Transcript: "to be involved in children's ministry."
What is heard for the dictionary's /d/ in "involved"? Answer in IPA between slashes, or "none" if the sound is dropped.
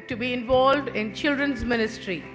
/d/